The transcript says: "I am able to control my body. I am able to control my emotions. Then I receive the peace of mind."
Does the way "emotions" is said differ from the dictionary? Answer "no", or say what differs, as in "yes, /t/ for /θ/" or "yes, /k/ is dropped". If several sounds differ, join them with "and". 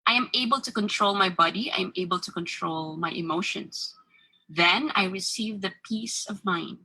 yes, /s/ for /z/